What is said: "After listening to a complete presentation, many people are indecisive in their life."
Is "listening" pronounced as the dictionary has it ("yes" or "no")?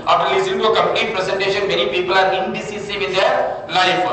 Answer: no